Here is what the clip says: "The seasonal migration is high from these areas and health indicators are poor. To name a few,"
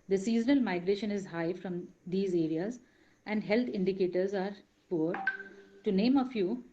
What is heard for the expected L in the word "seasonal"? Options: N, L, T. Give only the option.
L